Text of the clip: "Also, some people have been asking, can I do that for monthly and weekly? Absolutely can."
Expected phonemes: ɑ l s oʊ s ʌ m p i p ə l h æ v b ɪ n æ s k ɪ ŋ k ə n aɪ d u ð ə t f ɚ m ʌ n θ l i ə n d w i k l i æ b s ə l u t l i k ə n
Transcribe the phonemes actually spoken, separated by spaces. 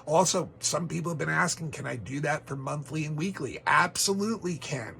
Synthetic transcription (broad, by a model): ɑ l s oʊ s ʌ m p i p l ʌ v b ɪ n æ s k ɪ ŋ k ə n aɪ d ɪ ð ə t f ɚ m ʌ n θ l i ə n w i k l i æ b s ə l u t l i k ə n